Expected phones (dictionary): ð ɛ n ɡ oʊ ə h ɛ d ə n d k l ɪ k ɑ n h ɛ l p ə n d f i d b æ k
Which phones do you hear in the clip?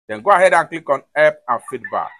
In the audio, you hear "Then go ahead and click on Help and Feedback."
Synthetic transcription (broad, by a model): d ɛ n ɡ oʊ ə h ɛ d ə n k l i k ɑ n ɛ p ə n f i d b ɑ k